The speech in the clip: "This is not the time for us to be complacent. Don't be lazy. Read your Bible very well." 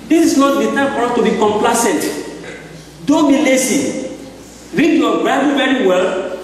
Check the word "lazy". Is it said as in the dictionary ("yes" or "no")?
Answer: no